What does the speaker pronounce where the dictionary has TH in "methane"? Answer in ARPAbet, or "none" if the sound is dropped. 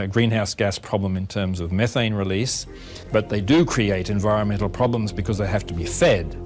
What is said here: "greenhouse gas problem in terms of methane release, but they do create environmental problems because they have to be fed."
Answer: TH